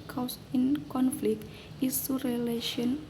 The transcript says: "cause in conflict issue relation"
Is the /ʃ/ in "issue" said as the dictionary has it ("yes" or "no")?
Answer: no